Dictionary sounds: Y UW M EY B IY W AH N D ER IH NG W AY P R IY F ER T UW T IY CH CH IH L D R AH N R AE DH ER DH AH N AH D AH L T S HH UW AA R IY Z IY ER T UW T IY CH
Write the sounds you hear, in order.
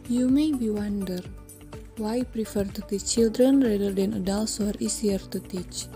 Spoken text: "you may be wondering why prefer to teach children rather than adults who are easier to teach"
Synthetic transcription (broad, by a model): Y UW M EY B IY W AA N D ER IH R W AY P R IY F ER T UW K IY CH CH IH L D R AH N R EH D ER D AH N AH D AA L S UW AA R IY S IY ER T UW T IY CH